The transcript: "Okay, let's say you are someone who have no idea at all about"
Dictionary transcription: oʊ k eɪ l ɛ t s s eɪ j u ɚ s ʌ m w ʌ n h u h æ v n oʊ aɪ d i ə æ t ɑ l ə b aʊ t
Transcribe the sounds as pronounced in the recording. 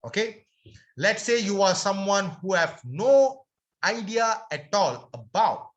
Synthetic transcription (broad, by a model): oʊ k eɪ l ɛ t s s eɪ j u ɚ s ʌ m w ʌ n h u h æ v n oʊ aɪ d i ə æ t ɑ l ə b aʊ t